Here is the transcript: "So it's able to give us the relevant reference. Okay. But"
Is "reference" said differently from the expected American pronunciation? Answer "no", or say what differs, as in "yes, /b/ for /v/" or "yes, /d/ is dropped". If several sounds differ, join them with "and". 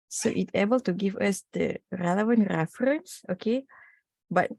no